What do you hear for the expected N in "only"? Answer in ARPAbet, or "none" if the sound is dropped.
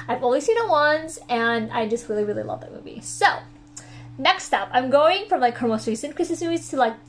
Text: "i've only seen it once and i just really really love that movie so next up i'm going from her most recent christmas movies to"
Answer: none